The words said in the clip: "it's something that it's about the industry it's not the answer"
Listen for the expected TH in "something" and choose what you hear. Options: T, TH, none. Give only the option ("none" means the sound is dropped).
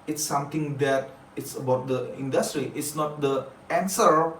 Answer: T